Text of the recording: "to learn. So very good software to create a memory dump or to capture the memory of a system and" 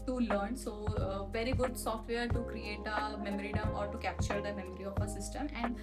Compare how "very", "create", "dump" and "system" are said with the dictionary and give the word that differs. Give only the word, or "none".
dump